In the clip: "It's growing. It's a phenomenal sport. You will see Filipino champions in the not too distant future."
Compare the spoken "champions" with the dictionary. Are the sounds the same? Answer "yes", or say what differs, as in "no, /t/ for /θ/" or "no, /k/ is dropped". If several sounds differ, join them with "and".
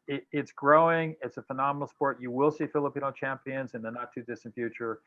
yes